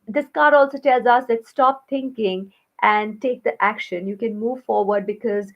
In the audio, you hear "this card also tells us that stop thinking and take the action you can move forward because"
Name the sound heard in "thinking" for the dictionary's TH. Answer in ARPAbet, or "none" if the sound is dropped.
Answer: T